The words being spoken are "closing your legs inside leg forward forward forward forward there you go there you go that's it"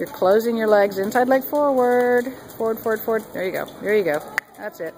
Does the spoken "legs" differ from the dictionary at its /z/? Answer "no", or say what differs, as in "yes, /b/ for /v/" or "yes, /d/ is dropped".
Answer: no